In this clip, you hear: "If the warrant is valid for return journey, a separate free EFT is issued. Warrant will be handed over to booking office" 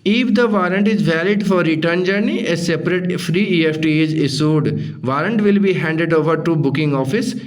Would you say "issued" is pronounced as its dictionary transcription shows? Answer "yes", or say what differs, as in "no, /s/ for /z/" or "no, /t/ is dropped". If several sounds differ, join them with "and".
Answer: no, /s/ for /ʃ/